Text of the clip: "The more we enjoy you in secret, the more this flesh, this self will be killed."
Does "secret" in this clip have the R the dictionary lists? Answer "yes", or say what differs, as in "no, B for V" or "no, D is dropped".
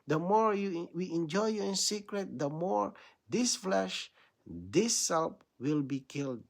yes